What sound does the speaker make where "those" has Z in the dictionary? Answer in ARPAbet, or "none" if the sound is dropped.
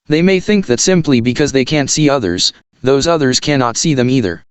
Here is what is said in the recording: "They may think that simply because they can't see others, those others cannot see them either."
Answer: Z